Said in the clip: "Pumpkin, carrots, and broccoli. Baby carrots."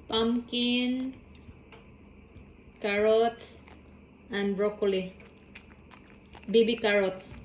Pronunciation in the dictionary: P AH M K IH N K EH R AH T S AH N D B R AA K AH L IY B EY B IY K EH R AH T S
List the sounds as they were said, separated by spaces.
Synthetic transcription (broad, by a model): P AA M K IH N K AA R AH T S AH N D B R AA K AH L IY B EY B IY K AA R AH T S